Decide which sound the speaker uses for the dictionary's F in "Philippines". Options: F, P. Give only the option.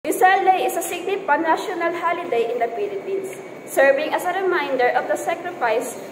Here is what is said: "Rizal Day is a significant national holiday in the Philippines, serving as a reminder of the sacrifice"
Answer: P